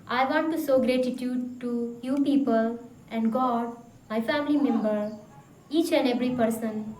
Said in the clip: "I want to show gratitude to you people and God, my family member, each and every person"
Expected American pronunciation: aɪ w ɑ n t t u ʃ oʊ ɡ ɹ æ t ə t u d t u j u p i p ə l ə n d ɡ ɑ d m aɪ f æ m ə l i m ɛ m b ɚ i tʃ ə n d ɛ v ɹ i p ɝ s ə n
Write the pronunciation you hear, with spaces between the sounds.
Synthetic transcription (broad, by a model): aɪ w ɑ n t t u s oʊ ɡ ɹ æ t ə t u d t u j u p i p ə l ə n d ɡ ɑ d m aɪ f æ m ə l i m ɛ m b ɚ i tʃ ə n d ɛ v ɹ i p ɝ s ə n